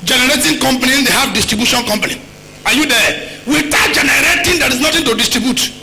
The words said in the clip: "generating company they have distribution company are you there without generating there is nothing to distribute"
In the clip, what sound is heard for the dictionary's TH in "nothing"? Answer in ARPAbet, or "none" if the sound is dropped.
T